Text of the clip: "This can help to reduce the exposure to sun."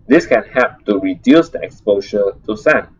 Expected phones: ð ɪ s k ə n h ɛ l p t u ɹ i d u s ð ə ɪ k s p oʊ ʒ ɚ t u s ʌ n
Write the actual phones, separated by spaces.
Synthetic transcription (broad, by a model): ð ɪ s k ə n h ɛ p t u ɹ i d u s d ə k s p oʊ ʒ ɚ t u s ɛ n